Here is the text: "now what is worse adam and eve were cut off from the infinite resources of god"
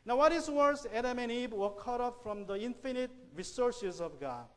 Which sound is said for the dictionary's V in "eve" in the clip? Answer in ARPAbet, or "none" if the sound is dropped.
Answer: B